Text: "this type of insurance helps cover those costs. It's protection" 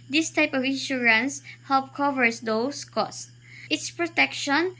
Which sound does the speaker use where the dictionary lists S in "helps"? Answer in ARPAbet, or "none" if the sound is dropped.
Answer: none